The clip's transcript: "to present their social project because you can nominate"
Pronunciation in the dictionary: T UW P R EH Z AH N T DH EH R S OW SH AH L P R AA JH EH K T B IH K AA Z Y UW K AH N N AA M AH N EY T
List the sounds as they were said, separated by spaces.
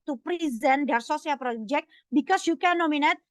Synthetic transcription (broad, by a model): T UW P R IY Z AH N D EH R S OW S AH L P R AA JH EH K T B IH K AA S Y UW K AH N N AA M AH N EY T